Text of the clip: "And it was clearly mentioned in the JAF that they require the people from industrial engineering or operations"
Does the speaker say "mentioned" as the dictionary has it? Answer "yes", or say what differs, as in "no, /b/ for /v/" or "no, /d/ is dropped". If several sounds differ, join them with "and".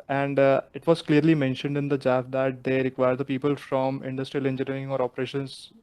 yes